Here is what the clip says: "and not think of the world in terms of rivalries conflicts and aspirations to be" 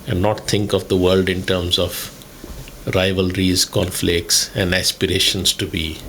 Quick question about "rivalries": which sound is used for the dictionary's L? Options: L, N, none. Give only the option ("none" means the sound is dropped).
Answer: L